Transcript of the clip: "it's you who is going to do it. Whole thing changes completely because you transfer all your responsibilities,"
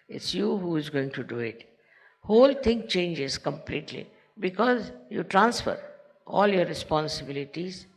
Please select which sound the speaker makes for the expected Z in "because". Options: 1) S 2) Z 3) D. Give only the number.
2